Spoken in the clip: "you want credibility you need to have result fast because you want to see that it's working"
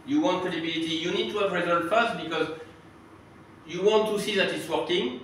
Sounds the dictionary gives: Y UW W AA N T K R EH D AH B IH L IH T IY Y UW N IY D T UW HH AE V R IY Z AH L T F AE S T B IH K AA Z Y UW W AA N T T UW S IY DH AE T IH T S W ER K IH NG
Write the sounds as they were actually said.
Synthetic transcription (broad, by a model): Y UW W AA N T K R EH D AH B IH L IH T IY Y UW N IY D T UW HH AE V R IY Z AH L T F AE S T B IH K AA Z Y UW W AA N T T UW S IY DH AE T IH T S W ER K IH NG